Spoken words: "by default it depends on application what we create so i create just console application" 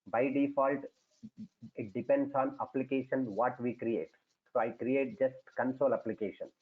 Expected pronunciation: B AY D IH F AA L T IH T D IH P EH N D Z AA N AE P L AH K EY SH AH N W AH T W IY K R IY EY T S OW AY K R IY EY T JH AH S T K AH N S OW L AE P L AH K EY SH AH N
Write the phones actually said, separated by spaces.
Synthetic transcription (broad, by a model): B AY D IH F AA L T IH T D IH P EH N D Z AA N AE P L AH K EY SH AH N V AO T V IY K R IY EY T S OW AY K R IY EY T JH AH S T K AH N S OW L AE P L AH K EY SH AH N